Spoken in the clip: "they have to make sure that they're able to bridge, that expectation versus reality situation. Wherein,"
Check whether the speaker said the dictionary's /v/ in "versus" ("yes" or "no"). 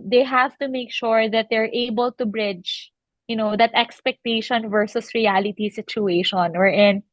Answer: yes